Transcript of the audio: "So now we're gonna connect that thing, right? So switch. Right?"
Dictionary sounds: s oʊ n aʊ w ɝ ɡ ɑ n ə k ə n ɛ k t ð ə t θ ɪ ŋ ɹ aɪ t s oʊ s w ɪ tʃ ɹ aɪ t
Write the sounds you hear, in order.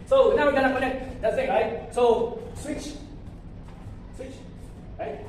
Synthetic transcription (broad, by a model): s oʊ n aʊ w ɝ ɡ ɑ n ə k ə n ɛ k t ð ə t s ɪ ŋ ɹ aɪ t s oʊ s w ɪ tʃ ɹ aɪ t